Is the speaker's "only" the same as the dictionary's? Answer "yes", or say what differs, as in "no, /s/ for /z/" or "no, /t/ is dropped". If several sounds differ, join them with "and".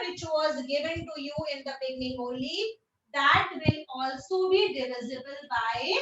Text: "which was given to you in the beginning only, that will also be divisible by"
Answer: no, /n/ is dropped